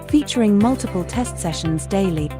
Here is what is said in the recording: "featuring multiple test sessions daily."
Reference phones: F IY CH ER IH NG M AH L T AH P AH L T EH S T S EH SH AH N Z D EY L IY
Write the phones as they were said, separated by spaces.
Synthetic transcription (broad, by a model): F IY CH ER IH NG M AH L T AH P AH L T EH S T S EH SH AH N Z D EY L IY